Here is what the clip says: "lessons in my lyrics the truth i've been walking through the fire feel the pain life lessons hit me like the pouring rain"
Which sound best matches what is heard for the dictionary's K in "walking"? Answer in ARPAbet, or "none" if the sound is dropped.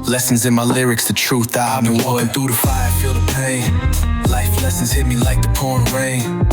none